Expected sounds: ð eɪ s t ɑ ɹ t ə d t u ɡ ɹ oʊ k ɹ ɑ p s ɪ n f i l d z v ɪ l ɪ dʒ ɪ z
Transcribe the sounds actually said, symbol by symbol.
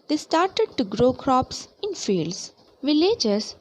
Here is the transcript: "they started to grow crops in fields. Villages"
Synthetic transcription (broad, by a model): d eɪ s t ɑ ɹ t ə d t u ɡ ɹ oʊ k ɹ ɑ p s ɪ n f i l d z v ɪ l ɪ dʒ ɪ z